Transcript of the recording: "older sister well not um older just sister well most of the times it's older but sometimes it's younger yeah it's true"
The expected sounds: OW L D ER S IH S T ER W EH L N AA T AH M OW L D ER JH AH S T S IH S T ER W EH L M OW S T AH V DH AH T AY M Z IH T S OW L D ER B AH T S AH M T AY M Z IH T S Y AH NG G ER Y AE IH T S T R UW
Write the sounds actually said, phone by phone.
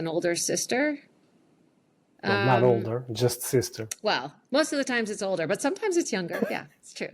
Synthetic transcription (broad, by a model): OW L D ER S IH S T ER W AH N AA T OW L D ER JH AH S T S IH S T ER W EH L M OW S T AH V DH AH T AY M Z IH T S OW L D ER B AH T S AH M T AY M Z IH T S Y AH NG G ER Y AE IH T S T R UW